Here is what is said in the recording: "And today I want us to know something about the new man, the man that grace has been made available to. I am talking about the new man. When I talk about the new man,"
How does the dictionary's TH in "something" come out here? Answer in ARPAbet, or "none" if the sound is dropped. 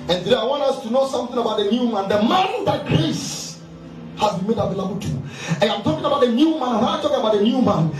TH